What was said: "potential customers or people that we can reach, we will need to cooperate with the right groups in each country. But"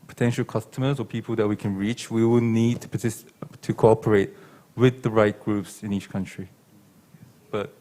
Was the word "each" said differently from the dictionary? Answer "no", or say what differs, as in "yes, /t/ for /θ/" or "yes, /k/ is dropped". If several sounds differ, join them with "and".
no